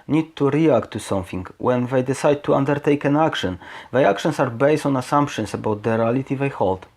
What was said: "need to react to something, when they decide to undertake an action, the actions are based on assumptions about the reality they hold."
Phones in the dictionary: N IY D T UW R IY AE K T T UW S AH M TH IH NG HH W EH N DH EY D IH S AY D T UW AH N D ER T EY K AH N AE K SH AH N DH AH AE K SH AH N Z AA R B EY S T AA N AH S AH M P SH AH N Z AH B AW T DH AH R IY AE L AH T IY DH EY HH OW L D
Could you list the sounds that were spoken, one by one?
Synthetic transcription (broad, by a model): N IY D T UW R IY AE K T T UW S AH M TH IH NG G W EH N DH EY D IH S AY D T UW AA N D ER T EY K AH N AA K SH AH N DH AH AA K SH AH N S AA R B EY S T AA N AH S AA M P SH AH N S AH B AW T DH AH R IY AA L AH T IY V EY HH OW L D